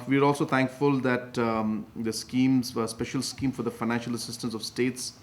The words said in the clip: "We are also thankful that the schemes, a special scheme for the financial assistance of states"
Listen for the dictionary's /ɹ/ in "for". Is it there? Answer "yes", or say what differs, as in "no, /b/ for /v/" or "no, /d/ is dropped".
yes